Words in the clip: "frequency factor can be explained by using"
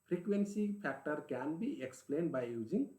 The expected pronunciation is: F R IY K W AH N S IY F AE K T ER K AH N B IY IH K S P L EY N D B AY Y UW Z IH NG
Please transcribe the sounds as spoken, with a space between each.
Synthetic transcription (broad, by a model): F R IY K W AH N S IY P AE K T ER K AH N B IY IH K S P L EY N D B AY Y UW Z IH NG